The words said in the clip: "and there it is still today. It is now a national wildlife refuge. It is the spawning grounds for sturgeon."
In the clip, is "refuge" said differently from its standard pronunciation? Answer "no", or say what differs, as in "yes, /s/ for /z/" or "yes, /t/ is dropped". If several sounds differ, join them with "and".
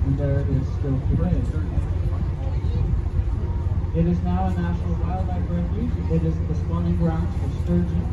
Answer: yes, /f/ is dropped